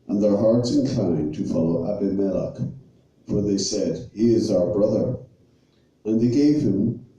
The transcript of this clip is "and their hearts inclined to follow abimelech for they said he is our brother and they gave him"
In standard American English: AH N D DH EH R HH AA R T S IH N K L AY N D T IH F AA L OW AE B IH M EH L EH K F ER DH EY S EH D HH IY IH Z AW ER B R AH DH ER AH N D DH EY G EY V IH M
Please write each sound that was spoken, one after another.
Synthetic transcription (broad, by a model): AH N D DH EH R HH AA R T S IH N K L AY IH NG T IH F AA L OW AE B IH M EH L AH K F ER DH EY S EH D HH IY IH Z AW ER B R AH DH ER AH N DH EY G EY V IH M